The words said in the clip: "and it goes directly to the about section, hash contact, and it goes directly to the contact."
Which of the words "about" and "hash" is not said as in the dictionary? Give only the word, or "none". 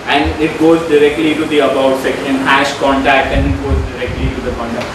none